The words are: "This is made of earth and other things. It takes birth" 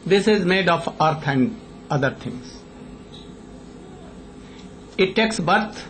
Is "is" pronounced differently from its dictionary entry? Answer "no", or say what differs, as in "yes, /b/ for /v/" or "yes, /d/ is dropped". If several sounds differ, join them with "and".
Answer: no